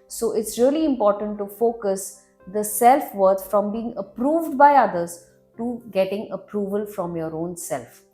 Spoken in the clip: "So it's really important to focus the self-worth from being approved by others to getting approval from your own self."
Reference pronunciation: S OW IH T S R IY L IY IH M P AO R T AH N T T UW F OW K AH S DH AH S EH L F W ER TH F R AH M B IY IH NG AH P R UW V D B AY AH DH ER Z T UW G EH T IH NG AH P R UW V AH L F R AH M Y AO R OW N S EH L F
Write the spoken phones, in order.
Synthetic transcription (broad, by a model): S OW IH T S R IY L IY IH M P AO R T AH N T T UW F OW K AH S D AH S EH L F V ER T F R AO M B IY IH NG AH P R UW V D B AY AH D ER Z T UW G EH T IH NG AH P R UW V AH L F R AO M Y AO R OW N S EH L F